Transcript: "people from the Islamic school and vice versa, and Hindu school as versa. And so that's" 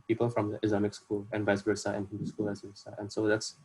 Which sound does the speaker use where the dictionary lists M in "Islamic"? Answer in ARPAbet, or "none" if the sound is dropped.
M